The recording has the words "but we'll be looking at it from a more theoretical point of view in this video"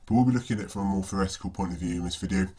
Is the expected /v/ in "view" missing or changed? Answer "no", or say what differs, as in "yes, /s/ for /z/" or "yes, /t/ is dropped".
no